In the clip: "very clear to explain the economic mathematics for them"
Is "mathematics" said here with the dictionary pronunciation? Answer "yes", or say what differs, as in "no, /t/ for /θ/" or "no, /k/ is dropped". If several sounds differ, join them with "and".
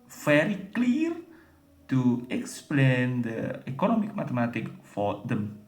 no, /t/ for /θ/ and /s/ is dropped